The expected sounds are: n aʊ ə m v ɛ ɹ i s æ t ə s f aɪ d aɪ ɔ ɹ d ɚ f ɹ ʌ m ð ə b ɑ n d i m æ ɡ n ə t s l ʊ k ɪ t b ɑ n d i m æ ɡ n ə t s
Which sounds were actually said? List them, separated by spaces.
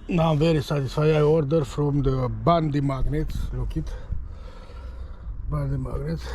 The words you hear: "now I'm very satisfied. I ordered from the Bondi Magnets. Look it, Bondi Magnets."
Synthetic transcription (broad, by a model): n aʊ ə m v ɛ ɹ i s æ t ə s f aɪ aɪ ɔ ɹ d ɚ f ɹ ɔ m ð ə b ɑ n d i m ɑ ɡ n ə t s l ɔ k ɪ t b ɑ n d i m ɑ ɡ n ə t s